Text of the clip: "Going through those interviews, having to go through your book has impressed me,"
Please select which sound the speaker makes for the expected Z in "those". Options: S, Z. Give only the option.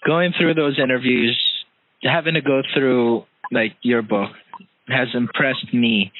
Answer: Z